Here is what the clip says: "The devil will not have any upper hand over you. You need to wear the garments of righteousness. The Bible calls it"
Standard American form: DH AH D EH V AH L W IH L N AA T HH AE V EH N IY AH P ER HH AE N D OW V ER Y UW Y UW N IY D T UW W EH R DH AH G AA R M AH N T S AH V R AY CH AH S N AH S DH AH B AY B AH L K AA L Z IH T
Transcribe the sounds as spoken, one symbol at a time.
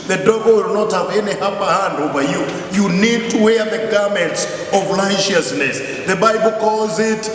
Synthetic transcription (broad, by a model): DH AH D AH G W IH L N AA T HH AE V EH N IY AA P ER HH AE N D OW V ER Y UW Y UW N IY D T UW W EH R DH AH G AA R M AH N T S AH V L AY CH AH S N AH S DH AH B AY B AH L K AA L Z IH T